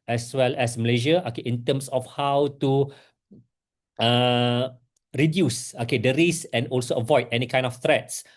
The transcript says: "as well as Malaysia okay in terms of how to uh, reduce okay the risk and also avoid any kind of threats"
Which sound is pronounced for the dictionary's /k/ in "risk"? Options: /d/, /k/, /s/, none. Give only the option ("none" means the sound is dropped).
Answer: none